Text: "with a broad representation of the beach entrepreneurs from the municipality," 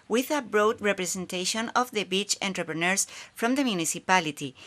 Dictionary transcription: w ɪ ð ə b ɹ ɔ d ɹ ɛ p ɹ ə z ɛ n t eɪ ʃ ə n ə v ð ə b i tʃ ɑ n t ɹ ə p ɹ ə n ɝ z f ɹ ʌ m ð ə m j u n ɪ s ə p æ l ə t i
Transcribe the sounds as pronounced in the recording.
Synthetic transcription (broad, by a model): w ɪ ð ə b ɹ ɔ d ɹ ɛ p ɹ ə s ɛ n t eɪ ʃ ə n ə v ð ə b i tʃ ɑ n t ɹ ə p ɹ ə n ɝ s f ɹ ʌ m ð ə m j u n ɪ s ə p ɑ l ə t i